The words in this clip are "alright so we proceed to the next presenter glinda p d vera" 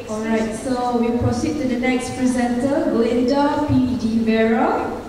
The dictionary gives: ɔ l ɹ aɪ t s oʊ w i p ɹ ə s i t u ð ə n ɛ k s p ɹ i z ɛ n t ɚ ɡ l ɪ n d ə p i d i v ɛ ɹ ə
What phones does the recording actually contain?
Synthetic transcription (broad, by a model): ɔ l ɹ aɪ t s oʊ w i p ɹ ə s i t u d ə n ɛ k s p ɹ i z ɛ n t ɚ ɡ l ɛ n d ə p i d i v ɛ ɹ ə